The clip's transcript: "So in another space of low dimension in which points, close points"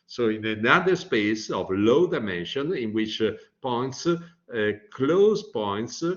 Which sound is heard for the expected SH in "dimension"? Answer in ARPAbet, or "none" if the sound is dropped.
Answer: SH